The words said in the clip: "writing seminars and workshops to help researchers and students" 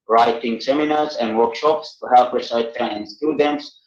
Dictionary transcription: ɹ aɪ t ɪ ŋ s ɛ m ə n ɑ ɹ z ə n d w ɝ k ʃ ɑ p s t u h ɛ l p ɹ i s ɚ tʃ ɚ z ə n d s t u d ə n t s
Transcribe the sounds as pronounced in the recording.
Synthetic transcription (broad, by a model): ɹ aɪ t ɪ ŋ s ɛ m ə n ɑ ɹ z ə n d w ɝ k ʃ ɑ p s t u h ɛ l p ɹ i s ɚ ɪ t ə n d s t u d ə n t s